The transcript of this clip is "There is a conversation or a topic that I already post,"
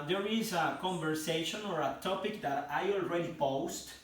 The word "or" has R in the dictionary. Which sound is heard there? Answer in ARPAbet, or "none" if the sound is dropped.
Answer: R